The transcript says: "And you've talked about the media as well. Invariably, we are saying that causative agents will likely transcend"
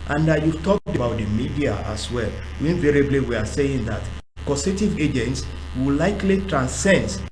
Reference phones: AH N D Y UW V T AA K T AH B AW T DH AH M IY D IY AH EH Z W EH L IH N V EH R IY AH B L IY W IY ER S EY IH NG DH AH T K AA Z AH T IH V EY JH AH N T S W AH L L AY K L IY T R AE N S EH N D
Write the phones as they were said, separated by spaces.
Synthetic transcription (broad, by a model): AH N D Y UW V T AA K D AH B AW T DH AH M IY D IY AH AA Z W EH L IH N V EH R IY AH B L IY W IY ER S EY IH NG DH AH T K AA S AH T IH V EY JH AH N T S W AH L L AY K L IY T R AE N S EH N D